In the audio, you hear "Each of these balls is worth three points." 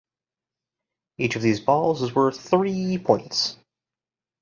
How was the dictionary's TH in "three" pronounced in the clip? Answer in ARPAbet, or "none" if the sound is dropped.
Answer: TH